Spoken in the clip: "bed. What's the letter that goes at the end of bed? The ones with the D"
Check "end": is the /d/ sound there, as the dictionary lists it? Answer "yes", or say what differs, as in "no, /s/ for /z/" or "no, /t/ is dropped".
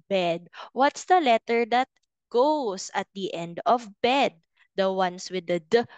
yes